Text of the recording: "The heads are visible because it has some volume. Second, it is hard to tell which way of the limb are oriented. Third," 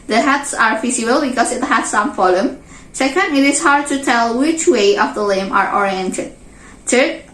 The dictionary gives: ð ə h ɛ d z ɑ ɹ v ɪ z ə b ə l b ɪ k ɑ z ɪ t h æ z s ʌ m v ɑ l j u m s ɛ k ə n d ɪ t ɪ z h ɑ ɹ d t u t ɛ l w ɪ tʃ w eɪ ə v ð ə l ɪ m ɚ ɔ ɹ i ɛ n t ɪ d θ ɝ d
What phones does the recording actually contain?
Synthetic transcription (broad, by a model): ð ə h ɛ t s ɑ ɹ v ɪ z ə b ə l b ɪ k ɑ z ɪ t h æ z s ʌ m f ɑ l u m s ɛ k ə n d ɪ t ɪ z h ɑ ɹ d t u t ɛ l w ɪ tʃ w eɪ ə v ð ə l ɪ m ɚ ɔ ɹ i ɛ n t ɪ d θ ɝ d